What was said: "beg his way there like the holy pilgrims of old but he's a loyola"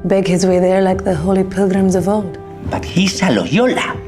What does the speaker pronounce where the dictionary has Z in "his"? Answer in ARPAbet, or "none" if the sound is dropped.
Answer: Z